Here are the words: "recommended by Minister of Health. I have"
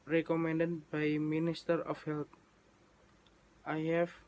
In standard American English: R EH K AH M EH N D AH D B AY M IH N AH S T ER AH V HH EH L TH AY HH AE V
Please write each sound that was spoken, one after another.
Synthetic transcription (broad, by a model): R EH K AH M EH N D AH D B AY M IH N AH S T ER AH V HH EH L T AY HH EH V